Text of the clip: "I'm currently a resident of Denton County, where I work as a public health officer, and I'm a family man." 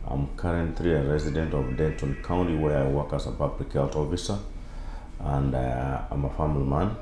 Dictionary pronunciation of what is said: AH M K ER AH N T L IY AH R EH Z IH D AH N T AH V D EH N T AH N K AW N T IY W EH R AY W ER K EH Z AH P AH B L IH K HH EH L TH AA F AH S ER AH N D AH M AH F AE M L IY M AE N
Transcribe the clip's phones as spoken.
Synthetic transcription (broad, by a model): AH M K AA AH N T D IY AH R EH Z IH D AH N T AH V D EH N T AH N K AW N T IY W EH R AY W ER K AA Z AH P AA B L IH K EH L T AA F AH S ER AH N D AH M AH F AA M L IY M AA N